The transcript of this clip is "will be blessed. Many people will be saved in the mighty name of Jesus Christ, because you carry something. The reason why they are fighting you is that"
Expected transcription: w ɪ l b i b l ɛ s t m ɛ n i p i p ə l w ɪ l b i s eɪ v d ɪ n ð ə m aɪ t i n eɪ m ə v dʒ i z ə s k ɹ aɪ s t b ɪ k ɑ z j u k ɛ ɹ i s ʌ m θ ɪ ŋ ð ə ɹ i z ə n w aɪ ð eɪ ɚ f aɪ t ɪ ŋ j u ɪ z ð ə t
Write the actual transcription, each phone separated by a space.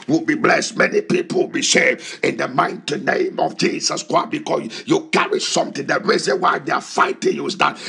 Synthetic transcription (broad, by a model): w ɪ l b i b l ɛ s t m ɛ n i p i p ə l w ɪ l b i ʃ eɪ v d ɪ n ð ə m aɪ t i n eɪ m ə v dʒ i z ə s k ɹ aɪ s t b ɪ k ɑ s j u k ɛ ɹ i s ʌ m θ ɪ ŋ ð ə ɹ i z ə n w aɪ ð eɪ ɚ f aɪ t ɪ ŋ j u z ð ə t